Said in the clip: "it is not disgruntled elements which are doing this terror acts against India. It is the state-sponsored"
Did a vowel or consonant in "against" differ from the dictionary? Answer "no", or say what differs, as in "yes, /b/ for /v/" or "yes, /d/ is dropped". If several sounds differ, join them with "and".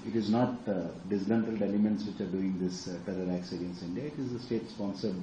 yes, /t/ is dropped